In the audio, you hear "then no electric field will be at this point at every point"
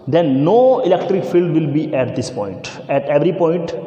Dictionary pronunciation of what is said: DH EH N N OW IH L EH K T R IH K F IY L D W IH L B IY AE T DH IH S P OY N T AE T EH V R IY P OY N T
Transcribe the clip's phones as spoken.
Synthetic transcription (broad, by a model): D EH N N OW IH L EH K T R IH K F IY L D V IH L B IY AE T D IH S P OY N T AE T EH V R IY P OY N T